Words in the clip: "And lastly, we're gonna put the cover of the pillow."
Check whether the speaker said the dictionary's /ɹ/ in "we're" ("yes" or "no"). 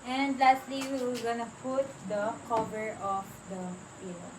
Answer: no